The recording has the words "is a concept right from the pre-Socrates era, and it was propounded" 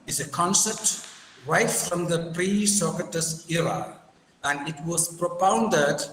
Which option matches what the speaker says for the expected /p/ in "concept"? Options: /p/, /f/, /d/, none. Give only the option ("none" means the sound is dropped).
none